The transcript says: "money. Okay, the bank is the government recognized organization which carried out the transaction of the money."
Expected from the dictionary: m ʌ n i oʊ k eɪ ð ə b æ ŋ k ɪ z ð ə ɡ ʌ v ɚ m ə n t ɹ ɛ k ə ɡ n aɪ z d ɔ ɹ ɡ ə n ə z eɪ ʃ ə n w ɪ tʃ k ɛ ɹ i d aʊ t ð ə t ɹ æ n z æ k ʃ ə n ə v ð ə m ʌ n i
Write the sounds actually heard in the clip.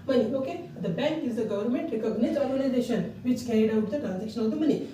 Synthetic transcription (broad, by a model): m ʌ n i oʊ k eɪ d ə b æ ŋ k ɪ z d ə ɡ ʌ v ɚ m ə n t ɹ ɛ k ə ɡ n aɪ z ɔ ɹ ɡ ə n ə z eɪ ʃ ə n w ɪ tʃ k ɛ ɹ i d aʊ t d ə t ɹ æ n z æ k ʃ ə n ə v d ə m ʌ n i